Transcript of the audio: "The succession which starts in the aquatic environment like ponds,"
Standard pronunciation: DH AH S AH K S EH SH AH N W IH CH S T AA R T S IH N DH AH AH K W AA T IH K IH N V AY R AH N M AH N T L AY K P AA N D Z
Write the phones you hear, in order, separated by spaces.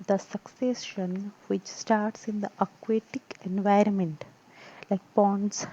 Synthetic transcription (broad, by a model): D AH S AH K S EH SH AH N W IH CH S T AA R T S IH N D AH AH K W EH T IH K IH N V AY R AH N M AH N T L AY K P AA N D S